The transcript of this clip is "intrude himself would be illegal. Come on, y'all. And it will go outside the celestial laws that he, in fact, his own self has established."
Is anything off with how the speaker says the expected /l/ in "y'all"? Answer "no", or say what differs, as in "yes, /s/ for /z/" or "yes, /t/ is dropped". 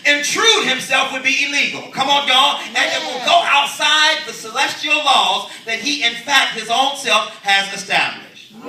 yes, /n/ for /l/